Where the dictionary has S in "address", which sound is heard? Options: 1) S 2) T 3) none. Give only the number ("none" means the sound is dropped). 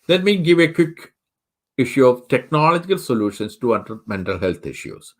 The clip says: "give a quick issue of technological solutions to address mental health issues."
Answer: 3